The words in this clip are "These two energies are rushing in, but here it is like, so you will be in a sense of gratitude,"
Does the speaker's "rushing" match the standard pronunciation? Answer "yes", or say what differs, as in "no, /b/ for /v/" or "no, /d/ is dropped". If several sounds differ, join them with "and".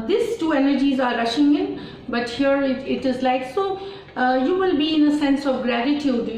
yes